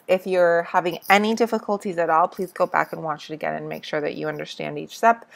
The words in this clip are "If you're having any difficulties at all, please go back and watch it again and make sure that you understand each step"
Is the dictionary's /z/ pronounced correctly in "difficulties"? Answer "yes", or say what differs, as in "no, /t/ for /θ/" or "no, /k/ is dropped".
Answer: yes